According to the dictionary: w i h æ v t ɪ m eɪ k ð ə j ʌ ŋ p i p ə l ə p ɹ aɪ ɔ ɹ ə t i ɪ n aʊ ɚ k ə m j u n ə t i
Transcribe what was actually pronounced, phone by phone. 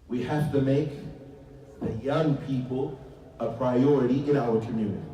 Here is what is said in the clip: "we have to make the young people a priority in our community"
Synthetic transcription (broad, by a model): w i h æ f t ɪ m eɪ k ð ə j ʌ ŋ p i p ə l ə p ɹ aɪ ɔ ɹ ə t i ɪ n aʊ ɚ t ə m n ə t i